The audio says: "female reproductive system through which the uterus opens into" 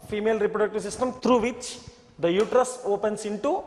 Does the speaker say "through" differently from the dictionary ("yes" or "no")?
yes